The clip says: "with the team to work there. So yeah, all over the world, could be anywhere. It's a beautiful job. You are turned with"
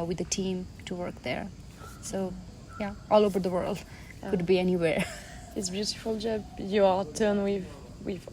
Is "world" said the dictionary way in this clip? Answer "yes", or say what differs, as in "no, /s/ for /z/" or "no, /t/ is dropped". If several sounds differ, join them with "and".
yes